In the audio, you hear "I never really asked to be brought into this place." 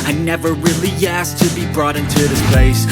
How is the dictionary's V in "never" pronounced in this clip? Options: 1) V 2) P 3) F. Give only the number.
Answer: 1